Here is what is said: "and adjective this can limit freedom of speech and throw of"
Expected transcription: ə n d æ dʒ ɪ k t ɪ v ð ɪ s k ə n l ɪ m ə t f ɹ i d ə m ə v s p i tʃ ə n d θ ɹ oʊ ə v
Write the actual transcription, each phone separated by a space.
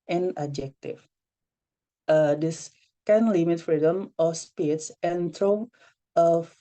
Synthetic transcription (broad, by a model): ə n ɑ dʒ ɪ k t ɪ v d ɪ s k ə n l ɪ m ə t f ɹ i d ə m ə s p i s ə n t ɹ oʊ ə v